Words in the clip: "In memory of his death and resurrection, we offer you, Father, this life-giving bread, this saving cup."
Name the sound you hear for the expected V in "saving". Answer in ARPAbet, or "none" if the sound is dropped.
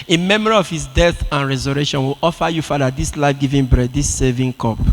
V